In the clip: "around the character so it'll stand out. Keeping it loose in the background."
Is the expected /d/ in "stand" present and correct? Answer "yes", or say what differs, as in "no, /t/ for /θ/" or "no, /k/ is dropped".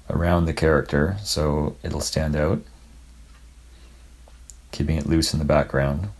yes